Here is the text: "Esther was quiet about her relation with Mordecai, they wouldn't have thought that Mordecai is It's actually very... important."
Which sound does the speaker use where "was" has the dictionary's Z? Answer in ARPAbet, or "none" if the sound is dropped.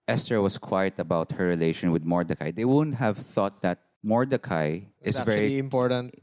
S